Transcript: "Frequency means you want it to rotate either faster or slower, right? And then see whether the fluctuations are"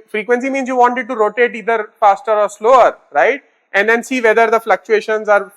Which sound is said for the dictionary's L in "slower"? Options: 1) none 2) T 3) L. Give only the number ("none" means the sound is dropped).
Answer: 3